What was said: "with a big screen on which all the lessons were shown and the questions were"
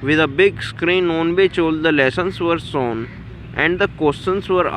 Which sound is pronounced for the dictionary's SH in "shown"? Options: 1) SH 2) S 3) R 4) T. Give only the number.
2